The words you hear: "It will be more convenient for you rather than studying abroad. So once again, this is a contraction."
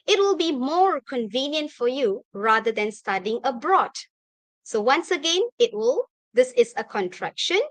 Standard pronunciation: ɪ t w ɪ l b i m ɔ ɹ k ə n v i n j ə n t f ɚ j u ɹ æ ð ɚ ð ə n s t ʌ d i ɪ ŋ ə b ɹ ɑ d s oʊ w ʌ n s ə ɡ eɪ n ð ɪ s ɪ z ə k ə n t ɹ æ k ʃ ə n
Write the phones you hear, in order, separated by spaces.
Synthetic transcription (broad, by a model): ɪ t w ɪ l b i m ɔ ɹ k ə n v i n j ə n t f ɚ j u ɹ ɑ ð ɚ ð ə n s t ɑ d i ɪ ŋ ə b ɹ ɑ d s oʊ w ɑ n s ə ɡ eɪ n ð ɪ s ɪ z ə k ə n t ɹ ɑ k ʃ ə n